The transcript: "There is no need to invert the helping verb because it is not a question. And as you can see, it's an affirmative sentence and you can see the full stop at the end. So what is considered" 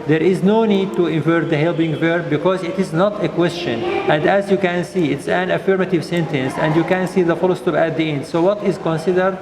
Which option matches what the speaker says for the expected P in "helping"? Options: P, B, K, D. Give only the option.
B